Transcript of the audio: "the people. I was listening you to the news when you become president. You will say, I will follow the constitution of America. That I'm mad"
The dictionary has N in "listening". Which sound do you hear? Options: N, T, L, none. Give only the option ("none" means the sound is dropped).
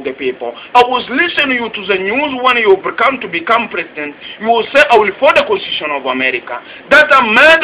none